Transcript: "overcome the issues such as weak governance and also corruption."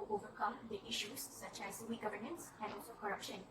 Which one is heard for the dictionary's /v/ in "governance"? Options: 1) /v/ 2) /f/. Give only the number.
1